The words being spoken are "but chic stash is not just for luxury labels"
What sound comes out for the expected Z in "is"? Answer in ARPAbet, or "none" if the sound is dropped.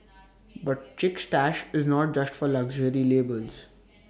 Z